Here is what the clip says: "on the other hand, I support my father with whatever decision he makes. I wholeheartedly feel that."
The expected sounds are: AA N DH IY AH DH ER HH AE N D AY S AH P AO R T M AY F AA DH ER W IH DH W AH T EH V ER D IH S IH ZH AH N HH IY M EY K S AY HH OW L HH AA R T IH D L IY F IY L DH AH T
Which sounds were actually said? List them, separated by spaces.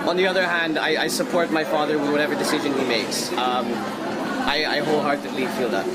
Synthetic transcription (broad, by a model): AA N DH IY AH DH ER HH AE N D AY S AH P AO R T M AY F AA DH ER W IH DH W AH T EH V ER D IH S IH ZH AH N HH IY M EY K S AY HH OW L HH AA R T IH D L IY F IY L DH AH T